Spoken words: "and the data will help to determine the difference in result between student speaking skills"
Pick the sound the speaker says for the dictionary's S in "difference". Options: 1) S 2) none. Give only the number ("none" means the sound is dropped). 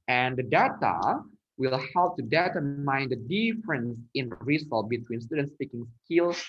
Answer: 1